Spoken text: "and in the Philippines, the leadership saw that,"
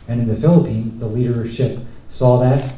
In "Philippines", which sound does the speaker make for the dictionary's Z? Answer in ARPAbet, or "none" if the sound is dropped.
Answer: Z